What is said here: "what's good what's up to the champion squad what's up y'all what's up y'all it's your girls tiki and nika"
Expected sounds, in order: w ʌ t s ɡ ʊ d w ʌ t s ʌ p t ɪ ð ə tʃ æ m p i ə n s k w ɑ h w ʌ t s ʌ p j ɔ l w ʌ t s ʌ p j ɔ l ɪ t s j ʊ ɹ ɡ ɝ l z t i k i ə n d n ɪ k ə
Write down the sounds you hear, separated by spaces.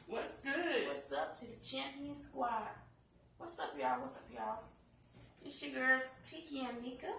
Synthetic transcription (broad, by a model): w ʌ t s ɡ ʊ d w ʌ t s ʌ p t ɪ ð ə tʃ æ m p i ə n s k w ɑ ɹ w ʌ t s ʌ p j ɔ w ʌ t s ʌ p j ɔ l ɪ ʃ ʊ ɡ ɝ z t i k i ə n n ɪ k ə